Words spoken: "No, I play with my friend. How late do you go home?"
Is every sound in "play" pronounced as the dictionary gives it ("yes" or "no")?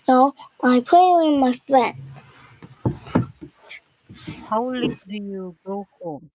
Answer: no